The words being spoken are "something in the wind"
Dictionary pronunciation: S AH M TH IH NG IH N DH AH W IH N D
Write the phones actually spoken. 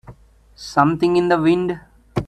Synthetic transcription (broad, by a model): S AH M T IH NG IH N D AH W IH N D